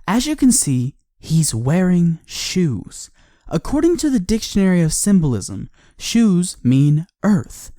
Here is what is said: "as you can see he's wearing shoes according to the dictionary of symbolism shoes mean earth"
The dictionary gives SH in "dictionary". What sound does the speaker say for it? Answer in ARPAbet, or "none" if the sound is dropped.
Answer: SH